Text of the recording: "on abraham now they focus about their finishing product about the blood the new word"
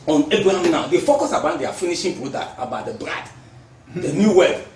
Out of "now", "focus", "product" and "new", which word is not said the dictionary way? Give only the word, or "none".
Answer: product